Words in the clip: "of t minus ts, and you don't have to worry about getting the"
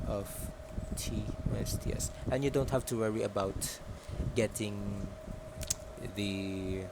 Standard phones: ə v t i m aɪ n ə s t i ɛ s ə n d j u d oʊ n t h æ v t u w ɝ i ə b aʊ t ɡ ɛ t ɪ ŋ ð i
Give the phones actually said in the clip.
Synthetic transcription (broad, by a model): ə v t i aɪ ə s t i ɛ s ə n j u d oʊ n t h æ f t u w ɝ i ə b aʊ t ɡ ɛ t ɪ ŋ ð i